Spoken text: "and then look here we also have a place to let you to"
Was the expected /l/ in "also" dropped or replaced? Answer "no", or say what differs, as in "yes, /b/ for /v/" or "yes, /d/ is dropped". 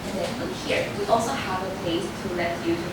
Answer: no